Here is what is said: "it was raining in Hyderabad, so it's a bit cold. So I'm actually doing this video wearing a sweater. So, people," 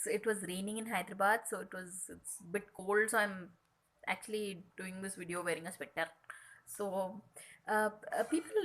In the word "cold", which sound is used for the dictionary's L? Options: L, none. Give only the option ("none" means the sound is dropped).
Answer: L